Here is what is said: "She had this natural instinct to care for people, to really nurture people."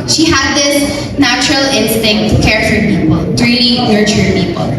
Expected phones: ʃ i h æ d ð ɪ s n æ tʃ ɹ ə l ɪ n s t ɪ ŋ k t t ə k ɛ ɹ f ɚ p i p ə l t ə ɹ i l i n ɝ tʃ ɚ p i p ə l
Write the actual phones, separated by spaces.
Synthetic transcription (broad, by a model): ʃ i h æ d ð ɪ s n æ tʃ ɹ ə l ɪ n s t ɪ ŋ k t t k ɛ ɹ f ɚ p i p ə l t ɹ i n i n ɝ tʃ ɚ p i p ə l